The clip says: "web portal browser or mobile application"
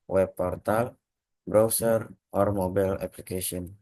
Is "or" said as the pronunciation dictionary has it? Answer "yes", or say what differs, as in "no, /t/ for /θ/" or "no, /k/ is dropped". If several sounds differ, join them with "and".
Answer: yes